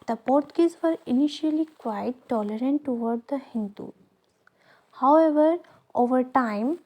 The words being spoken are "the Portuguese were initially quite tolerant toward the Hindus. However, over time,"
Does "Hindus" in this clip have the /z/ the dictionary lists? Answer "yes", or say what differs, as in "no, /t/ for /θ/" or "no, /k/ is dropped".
no, /z/ is dropped